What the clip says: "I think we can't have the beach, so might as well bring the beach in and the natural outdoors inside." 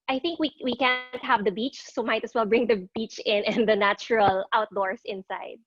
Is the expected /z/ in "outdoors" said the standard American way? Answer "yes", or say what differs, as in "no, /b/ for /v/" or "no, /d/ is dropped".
no, /s/ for /z/